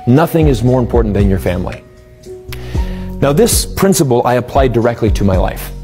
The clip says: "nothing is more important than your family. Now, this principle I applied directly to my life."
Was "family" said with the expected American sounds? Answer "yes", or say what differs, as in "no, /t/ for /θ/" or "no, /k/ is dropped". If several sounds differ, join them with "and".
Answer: yes